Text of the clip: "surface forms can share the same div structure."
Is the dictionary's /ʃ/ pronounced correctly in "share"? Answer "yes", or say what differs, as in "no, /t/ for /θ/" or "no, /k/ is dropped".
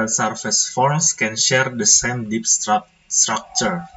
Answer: yes